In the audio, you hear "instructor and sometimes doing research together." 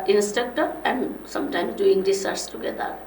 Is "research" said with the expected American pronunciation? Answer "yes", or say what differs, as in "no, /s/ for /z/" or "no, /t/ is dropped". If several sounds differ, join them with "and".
no, /s/ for /tʃ/